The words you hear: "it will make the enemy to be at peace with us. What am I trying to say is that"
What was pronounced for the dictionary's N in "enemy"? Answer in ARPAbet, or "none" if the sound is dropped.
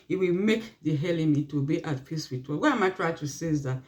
L